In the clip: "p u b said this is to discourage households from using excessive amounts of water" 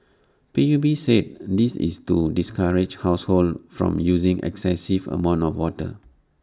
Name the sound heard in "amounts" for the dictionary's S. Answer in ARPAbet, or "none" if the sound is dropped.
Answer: none